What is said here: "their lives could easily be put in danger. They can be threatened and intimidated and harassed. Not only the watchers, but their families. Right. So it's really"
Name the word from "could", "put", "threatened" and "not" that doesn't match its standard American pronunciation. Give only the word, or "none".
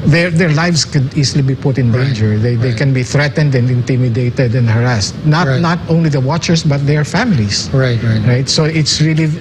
none